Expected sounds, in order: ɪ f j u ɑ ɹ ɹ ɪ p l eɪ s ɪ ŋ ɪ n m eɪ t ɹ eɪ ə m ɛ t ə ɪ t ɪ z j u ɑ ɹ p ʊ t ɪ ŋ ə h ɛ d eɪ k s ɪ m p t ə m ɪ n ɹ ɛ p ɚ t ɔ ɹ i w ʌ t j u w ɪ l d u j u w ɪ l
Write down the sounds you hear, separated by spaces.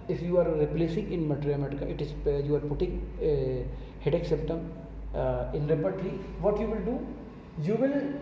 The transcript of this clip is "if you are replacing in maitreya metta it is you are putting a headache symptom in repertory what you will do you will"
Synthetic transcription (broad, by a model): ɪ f j u ɑ ɹ ɹ ɪ p l eɪ s ɪ ŋ ɪ n m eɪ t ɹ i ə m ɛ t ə ɪ t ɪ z j u ɑ ɹ p ʊ t ɪ ŋ h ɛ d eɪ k s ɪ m t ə m ɪ n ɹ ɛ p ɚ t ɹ i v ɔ t j u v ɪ l d u j u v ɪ l